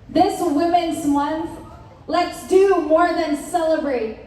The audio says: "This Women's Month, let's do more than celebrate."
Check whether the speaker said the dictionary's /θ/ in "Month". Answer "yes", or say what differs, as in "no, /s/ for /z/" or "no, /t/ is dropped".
yes